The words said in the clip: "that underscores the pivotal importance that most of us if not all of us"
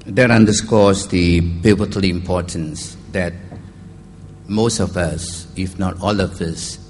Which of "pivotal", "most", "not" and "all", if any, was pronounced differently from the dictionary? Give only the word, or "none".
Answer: pivotal